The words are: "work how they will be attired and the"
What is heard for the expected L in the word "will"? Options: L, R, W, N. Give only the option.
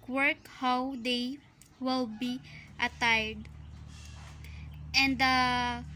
L